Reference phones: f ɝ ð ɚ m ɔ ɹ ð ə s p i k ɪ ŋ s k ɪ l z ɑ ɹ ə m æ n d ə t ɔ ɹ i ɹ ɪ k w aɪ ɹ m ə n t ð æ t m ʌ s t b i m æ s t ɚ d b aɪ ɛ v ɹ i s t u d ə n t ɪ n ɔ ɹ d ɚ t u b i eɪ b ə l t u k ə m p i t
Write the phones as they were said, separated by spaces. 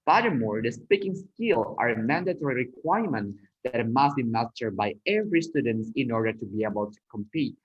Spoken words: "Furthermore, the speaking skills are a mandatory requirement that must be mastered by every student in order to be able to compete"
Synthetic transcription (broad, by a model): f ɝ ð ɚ m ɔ ɹ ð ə s p i k ɪ ŋ s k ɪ l ɑ ɹ ə m æ n d ə t ɔ ɹ i ɹ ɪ k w aɪ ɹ m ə n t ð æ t m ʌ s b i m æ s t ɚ b aɪ ɛ v ɹ i s t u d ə n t ɪ n ɔ ɹ d ɚ t u b i eɪ b ə l t u k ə m p i t